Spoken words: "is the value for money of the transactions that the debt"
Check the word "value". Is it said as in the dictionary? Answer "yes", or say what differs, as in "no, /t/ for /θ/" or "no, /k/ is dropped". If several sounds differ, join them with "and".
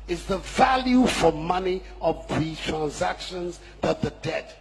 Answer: yes